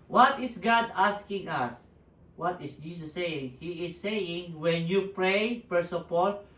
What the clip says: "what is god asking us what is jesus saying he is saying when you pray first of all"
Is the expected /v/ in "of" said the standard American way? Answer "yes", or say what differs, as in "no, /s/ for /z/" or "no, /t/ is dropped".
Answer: no, /p/ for /v/